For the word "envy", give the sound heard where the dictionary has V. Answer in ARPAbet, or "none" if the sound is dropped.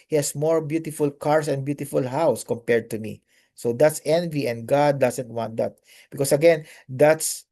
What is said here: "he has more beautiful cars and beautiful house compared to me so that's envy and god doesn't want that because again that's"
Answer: V